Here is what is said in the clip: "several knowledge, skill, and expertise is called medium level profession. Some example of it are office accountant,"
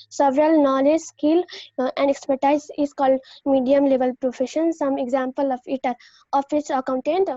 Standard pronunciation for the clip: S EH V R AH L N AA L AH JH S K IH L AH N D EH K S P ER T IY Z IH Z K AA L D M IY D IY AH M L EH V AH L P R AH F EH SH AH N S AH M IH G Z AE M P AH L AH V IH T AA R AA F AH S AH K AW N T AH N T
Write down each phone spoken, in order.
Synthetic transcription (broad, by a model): S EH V R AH L N AA L AH JH S K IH L AH N D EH K S P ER T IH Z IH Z K AA L D M IY D IY AH M L EH V AH L P R AH F EH SH AH N S AH M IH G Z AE M P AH L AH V IH T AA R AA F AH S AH K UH N T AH N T